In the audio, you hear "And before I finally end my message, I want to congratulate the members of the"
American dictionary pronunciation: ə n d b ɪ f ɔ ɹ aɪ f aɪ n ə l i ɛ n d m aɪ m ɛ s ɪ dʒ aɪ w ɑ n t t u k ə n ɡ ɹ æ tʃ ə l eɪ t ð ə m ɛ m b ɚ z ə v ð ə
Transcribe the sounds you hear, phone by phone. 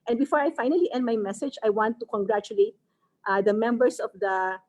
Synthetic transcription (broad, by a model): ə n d b ɪ f ɔ ɹ aɪ f aɪ n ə l i ɛ n d m aɪ m ɛ s ɪ dʒ aɪ w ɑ n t t u k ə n ɡ ɹ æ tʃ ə l eɪ t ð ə m ɛ m b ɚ s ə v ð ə